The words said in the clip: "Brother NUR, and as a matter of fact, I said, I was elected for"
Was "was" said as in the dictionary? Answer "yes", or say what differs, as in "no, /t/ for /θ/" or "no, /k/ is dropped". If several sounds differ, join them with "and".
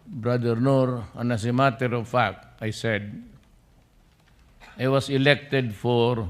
no, /s/ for /z/